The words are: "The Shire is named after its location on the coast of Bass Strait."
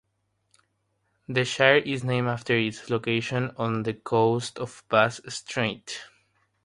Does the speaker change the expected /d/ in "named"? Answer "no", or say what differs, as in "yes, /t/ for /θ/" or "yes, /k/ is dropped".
yes, /d/ is dropped